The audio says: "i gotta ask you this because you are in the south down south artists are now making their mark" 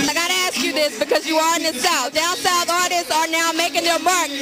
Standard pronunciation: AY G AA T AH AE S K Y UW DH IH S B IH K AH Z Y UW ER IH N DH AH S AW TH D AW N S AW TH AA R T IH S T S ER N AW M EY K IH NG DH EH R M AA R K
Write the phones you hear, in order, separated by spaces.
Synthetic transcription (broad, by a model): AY G AA T AH AE S K Y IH DH IH S B IH K AH Z Y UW ER IH N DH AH S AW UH D AW N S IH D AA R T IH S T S ER N AW M EY K IH NG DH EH R M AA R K